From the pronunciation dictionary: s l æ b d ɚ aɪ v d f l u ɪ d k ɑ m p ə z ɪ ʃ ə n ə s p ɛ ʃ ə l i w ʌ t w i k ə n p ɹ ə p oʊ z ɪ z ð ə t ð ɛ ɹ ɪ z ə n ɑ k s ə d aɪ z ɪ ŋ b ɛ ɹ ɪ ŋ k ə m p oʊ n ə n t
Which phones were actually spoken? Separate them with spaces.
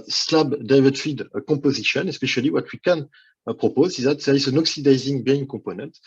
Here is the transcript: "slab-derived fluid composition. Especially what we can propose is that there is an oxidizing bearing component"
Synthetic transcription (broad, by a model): s l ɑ b d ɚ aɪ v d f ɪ d k ɑ p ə z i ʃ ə n ə s p ɛ ʃ ə l i w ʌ t w i k ə n p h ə p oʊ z ɪ z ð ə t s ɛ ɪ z ə n ɑ k s ə d aɪ z ɪ ŋ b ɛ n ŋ k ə p oʊ n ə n t